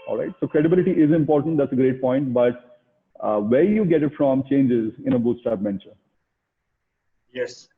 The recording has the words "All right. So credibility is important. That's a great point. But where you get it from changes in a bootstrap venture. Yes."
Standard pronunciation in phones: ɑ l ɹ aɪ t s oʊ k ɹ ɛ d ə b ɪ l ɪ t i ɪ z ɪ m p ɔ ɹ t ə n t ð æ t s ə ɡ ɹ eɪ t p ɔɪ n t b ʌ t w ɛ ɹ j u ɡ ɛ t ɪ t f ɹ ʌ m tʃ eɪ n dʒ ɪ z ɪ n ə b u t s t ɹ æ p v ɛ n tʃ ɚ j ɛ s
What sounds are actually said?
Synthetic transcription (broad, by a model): ɑ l ɹ aɪ t s oʊ k ɹ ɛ d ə b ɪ l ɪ t i ɪ z ɪ m p ɔ ɹ t ə n t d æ t s ə ɡ ɹ eɪ t p ɔɪ n t b ʌ t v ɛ ɹ j u ɡ ɛ t ɪ t f ɹ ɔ m tʃ eɪ n dʒ ɪ z ɪ n ə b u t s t æ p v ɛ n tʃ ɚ j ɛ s